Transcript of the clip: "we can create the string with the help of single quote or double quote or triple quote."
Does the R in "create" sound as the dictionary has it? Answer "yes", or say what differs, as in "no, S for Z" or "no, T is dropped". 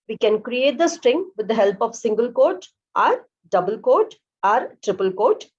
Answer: yes